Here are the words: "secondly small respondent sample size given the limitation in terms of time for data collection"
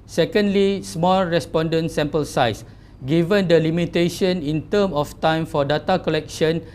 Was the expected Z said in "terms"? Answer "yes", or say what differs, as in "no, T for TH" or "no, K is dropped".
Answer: no, Z is dropped